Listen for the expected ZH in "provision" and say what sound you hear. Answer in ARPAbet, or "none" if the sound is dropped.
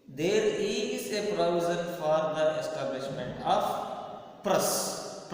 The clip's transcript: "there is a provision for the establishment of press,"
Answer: Z